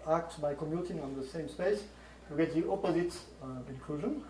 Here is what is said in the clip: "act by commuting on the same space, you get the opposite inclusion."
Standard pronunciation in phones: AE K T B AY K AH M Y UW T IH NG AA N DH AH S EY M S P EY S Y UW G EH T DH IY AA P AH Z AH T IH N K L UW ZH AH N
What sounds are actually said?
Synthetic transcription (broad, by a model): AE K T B AY K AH M Y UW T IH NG AA N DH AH S EY M S P EY S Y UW G EH T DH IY AA P AH Z AH T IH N K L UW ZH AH N